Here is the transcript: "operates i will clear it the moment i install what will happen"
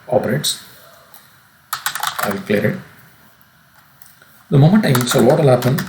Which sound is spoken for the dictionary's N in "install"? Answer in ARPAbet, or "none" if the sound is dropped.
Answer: none